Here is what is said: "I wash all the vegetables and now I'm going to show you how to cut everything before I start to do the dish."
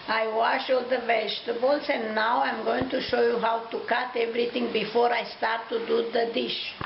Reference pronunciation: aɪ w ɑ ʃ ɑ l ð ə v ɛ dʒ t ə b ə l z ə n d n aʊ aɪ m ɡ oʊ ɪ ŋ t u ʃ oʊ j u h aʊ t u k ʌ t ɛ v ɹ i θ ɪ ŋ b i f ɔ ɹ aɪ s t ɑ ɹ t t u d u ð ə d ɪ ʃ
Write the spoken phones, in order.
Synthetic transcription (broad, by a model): aɪ w ɑ ʃ ɑ l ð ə v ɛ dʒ t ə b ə l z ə n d n aʊ aɪ m ɡ oʊ ɪ ŋ t u ʃ oʊ j u h aʊ t u k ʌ t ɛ v ɹ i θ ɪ ŋ b i f ɔ ɹ aɪ s t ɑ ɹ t t u d u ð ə d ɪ ʃ